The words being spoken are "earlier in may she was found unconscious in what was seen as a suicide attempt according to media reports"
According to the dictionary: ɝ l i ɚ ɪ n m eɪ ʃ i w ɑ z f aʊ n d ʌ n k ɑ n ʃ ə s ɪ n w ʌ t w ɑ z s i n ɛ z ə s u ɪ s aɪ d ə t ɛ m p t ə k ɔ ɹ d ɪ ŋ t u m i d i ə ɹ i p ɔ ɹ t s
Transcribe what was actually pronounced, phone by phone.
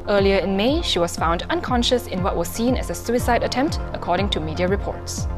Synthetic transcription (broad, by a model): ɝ l i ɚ ɪ n m eɪ ʃ i w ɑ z f aʊ n d ʌ n k ɑ n ʃ ə s ɪ n w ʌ t w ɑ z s i n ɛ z ə s u ɪ s aɪ d ə t ɛ m p t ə k ɔ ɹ d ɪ ŋ t u m i d i ə ɹ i p ɔ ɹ t s